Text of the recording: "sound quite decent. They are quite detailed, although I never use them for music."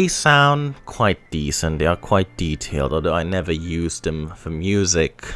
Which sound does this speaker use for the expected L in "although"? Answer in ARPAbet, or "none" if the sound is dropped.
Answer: none